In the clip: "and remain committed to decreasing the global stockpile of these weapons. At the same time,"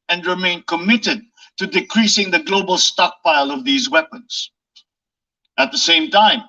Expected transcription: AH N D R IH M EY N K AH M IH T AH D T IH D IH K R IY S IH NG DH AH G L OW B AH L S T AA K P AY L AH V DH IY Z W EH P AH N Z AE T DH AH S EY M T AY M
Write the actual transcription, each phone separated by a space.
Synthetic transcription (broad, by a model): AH N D R IH M EY N K AH M IH T AH D T IH D IH K R IY S IH NG DH AH G L OW B AH L S T AA K P AY L AH V DH IY Z W EH P AH N Z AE T DH AH S EY M T AY M